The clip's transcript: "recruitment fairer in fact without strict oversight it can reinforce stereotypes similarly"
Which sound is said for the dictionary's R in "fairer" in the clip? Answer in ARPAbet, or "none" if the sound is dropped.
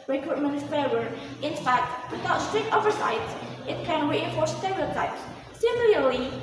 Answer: none